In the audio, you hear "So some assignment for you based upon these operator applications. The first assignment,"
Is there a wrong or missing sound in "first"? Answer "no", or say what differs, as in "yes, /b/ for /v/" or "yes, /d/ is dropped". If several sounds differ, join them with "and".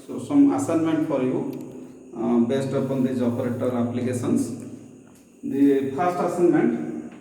yes, /p/ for /f/